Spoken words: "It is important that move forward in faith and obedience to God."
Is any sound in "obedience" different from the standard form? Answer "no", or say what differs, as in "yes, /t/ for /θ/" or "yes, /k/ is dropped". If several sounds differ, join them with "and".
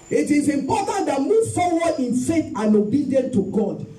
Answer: yes, /s/ is dropped